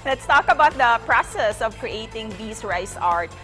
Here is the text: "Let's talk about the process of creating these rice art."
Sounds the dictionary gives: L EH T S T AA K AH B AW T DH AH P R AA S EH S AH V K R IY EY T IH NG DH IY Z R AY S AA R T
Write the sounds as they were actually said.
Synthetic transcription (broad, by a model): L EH T S T AA K AH B AW T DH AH P R AA S EH S AH V K R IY EY T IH NG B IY S R AY S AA R T